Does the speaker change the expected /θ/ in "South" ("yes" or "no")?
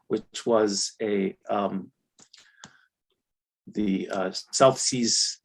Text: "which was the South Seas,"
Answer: no